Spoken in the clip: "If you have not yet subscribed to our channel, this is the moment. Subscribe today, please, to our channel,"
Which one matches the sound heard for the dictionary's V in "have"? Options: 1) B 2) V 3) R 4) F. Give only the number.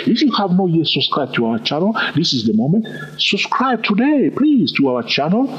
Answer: 2